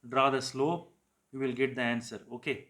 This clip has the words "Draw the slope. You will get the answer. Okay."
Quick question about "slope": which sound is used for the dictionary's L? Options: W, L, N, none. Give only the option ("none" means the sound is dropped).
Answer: L